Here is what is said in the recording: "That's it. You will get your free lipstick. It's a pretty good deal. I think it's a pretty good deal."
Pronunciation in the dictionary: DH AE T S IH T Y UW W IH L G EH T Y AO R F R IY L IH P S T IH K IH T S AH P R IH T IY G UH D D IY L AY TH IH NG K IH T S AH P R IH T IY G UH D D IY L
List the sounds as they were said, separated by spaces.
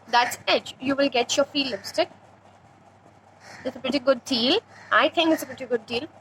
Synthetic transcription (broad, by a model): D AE T S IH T Y UW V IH L G EH T Y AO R F IY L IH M S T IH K IH T S AH P R IH T IY G UH D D IY L AY T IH NG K IH T S AH P R IH T IY G UH D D IY L